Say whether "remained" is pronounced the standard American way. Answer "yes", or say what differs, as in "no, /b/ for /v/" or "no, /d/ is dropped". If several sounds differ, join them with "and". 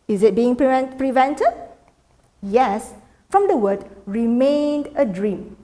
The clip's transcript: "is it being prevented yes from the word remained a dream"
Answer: yes